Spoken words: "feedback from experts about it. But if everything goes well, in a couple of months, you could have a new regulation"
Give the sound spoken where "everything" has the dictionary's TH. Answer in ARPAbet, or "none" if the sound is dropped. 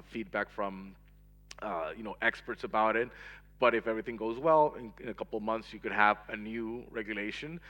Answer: TH